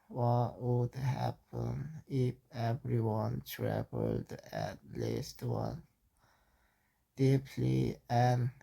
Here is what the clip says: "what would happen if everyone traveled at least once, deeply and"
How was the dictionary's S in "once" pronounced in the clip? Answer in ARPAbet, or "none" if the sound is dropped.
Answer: none